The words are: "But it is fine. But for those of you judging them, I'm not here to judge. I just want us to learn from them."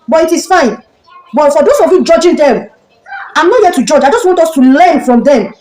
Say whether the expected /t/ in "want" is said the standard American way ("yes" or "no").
yes